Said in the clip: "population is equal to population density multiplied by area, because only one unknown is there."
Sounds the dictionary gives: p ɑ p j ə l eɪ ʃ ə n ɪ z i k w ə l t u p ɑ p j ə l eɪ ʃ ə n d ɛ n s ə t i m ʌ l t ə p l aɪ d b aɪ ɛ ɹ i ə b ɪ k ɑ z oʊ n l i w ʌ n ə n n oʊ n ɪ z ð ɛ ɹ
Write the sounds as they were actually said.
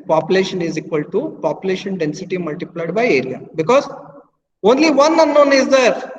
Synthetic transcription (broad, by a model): p ɑ p j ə l eɪ ʃ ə n ɪ z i k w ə l t u p ɑ p j ə l eɪ ʃ ə n d ɛ n s ə t i m ʌ l t ə p l aɪ d b aɪ ɛ ɹ i ə b ɪ k ɑ z oʊ n l i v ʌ n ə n n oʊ n ɪ z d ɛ ɹ